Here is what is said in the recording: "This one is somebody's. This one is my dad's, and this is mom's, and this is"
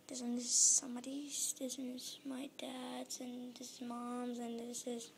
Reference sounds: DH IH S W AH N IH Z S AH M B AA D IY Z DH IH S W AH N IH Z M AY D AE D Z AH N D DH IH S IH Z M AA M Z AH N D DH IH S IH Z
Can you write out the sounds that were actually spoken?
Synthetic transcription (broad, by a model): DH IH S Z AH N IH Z S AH M B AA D IY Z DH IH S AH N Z M AY D AE D Z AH N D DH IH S IH Z M AA M Z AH N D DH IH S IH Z